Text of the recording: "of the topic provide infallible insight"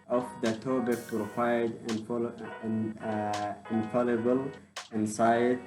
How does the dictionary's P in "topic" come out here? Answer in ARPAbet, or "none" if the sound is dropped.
B